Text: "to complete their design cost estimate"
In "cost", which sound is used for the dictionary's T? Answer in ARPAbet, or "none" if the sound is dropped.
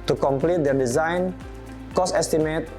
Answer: none